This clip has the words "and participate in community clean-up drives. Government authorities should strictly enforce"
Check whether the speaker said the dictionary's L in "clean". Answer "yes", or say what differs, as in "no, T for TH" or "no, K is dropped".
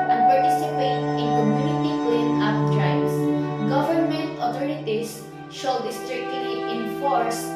no, W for L